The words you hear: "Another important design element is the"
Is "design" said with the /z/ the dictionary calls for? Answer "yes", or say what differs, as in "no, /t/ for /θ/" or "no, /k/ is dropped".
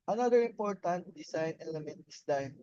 no, /s/ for /z/